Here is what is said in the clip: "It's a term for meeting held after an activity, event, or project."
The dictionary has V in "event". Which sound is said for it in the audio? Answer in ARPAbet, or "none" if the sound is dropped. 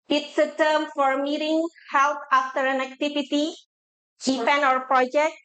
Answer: P